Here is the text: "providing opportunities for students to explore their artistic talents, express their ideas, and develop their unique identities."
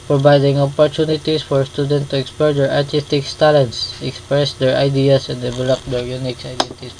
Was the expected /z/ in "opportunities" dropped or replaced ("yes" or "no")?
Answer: yes